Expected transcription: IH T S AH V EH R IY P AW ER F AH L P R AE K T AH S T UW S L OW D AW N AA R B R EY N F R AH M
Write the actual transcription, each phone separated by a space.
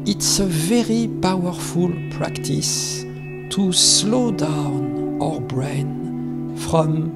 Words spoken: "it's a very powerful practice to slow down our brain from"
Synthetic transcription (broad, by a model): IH T S AH V EH R IY P AW ER F AH L P R AE K T AH S T UW S L OW D AW N AA R B R EY N F R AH M